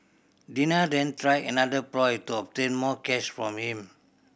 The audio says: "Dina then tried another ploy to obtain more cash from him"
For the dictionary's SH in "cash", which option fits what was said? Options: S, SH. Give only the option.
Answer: S